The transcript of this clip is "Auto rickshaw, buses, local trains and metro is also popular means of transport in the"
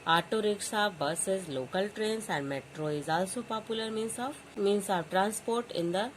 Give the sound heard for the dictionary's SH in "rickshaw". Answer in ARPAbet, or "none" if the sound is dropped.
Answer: S